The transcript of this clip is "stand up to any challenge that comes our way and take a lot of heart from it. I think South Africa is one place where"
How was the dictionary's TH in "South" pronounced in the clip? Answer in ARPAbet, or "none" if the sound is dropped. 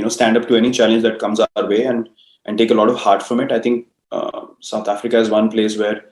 T